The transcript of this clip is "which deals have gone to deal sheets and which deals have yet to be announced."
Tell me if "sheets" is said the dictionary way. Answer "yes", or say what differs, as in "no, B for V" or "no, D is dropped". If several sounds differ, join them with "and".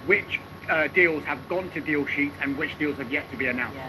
no, S is dropped